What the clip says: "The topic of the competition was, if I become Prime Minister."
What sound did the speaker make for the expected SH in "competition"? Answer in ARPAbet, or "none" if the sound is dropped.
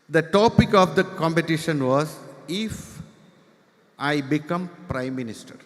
SH